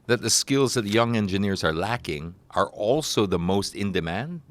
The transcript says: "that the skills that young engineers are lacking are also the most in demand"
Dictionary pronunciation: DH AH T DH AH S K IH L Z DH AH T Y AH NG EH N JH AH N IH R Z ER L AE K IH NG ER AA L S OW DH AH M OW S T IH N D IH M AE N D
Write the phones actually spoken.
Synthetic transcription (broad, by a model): DH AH T DH AH S K IH L Z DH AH T Y AH NG EH N JH AH N IH R Z ER L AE K IH NG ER AA L S OW DH AH M OW S T IH N D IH M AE N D